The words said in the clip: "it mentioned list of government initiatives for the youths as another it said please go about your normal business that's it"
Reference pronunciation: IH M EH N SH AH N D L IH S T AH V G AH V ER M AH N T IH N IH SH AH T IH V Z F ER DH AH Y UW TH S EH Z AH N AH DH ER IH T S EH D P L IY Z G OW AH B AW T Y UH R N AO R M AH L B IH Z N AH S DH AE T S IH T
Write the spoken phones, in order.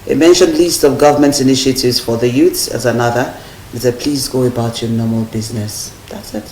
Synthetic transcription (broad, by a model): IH M EH N SH AH N D L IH S T AH V G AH V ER M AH N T IH N IH SH AH T IH V Z F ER DH AH Y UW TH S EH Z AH N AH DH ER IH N S EH D P L IY Z G OW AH B AW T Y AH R N AO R M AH L B IH Z N AH S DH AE T S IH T